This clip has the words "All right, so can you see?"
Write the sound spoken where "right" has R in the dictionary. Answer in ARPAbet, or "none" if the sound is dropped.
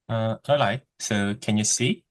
L